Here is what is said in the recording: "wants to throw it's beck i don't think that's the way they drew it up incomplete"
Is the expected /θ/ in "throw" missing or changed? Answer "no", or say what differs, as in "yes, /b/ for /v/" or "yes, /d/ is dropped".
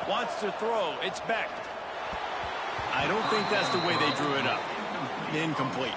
no